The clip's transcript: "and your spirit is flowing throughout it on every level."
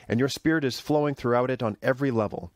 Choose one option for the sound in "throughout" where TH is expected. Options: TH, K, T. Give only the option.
TH